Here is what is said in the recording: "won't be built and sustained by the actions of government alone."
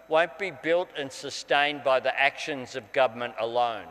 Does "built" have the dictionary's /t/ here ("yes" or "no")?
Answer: yes